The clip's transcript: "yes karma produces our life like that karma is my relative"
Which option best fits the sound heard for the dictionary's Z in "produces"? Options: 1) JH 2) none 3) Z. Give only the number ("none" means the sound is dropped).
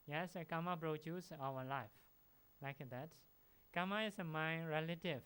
2